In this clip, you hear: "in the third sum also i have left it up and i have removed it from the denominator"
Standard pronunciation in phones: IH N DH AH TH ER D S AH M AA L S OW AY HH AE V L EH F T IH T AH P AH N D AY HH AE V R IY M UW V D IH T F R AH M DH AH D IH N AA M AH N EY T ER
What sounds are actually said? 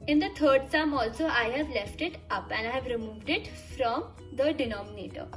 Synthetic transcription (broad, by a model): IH N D AH T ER D S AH M AA L S OW AY HH AE V L EH F T IH T AH P AH N D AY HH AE V R IY M UW V D IH T F R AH M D AH D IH N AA M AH N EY T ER